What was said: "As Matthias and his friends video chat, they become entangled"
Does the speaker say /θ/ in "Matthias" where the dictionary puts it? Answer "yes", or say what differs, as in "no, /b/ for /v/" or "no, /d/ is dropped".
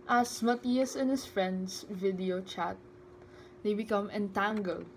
no, /t/ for /θ/